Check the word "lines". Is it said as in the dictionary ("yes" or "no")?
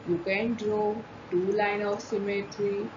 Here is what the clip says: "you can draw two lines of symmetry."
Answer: no